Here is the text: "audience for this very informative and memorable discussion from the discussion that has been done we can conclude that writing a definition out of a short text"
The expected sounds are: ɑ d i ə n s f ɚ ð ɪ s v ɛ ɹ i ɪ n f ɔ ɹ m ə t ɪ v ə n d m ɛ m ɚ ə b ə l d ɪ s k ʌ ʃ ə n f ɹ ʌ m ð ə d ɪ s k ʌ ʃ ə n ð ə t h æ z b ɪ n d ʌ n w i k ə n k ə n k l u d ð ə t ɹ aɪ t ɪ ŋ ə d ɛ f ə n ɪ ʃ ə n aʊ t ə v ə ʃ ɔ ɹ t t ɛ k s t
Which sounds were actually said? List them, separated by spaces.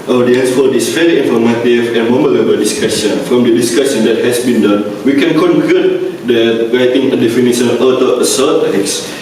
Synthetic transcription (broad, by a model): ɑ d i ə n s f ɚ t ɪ s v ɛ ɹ i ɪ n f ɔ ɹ m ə t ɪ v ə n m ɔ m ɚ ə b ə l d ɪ s k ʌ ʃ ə n f ɹ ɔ m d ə d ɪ s k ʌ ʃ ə n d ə t h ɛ s b ɪ n d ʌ n w i k ə n k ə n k u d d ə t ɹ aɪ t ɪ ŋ ə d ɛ f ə n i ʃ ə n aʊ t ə ə s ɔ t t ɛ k s